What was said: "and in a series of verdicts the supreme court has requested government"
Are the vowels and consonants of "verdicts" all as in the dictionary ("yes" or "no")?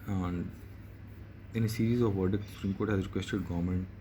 no